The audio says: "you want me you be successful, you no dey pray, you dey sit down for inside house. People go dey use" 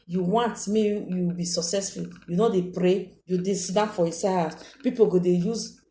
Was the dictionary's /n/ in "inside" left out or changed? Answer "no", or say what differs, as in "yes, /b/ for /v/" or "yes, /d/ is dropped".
yes, /n/ is dropped